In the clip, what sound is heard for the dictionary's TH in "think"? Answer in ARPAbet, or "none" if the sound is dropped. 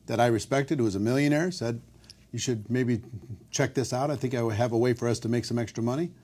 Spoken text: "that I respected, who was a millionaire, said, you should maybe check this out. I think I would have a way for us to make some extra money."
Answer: TH